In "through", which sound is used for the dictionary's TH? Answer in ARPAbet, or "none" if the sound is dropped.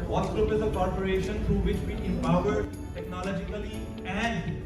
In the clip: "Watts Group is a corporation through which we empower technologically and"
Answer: T